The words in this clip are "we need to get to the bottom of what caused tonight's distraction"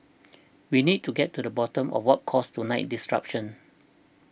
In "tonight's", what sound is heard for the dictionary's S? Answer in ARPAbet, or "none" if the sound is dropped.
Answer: none